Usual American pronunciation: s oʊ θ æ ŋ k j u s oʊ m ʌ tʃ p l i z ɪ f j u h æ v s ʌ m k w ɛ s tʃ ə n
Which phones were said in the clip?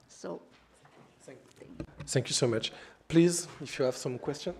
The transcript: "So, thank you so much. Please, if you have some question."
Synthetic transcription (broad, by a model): s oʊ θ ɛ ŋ k j u s oʊ m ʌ tʃ p l i z ɪ f j u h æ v s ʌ m k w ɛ s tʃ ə n